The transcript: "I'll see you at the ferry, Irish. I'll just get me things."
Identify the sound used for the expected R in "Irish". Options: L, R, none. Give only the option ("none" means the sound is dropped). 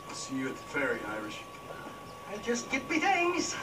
R